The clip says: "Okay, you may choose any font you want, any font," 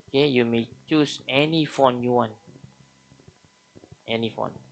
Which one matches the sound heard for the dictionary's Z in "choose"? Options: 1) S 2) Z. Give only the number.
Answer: 1